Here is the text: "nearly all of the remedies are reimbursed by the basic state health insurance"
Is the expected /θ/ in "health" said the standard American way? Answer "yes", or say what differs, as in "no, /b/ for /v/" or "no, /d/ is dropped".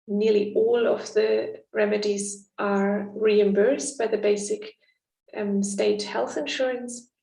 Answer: yes